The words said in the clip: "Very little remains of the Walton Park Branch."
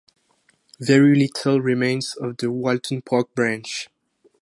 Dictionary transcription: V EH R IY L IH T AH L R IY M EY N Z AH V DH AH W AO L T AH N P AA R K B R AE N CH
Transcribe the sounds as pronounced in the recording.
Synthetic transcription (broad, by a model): V EH R IY L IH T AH L R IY M EY N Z AH V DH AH W AO L T AH N P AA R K B R AE N CH